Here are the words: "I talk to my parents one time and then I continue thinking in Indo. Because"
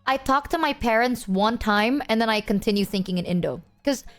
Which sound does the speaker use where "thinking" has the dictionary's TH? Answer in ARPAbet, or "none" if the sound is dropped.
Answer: TH